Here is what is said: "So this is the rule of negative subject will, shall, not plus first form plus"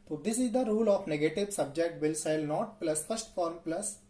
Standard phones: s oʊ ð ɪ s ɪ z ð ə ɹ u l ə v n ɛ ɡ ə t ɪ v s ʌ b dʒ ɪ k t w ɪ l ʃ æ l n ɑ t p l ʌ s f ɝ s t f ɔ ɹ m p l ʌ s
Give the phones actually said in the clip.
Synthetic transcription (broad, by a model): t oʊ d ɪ s ɪ z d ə ɹ u l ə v n ɛ ɡ ə t ɪ v s ʌ b dʒ ɪ k t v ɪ l s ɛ l n ɑ t p l ʌ s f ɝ s t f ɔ ɹ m p l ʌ s